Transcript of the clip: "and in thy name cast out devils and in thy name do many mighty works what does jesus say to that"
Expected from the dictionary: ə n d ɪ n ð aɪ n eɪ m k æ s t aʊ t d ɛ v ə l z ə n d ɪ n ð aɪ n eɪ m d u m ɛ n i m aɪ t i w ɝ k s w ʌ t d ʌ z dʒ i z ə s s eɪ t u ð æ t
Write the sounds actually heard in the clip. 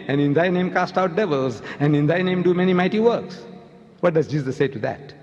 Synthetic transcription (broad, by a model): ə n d ɪ n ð aɪ n eɪ m k æ s t aʊ t d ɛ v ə l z ə n d ɪ n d aɪ n eɪ m d u m ɛ n i m aɪ t i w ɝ k s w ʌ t d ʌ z dʒ i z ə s s eɪ t u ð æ t